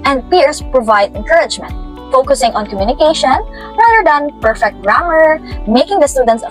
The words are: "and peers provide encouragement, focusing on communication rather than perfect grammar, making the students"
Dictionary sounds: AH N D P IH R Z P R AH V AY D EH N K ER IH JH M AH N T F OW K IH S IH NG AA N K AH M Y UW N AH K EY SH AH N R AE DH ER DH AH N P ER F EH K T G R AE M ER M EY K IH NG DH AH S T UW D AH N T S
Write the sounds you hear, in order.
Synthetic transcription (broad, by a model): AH N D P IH R S P R AH V AY D EH N K ER IH JH M AH N T F OW K IH S IH NG AA N K AH M Y UW N AH K EY SH AH N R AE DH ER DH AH N P ER F EH K T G R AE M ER M EY K IH NG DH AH S T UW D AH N T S